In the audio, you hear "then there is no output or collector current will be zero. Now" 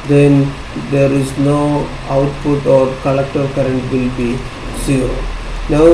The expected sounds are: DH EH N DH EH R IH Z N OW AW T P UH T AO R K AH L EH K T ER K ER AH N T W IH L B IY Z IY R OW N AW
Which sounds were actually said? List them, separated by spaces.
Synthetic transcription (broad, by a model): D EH N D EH R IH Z N OW AW T P UH T AO R K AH L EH K T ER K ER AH N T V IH L B IY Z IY OW N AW